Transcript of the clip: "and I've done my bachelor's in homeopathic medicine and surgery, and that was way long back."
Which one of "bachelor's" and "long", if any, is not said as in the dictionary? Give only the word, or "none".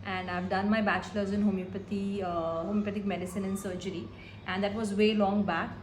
none